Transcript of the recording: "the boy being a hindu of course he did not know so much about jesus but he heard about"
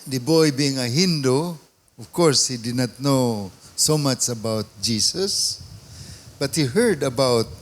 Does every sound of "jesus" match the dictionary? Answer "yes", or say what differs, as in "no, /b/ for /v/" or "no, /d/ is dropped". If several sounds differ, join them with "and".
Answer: no, /s/ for /z/